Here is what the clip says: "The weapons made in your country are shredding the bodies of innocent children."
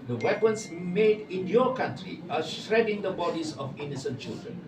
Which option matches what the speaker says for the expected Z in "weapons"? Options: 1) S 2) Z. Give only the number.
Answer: 1